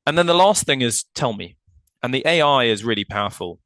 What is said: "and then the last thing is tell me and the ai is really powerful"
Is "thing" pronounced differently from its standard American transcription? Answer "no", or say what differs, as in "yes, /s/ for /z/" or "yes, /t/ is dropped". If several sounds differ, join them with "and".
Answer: no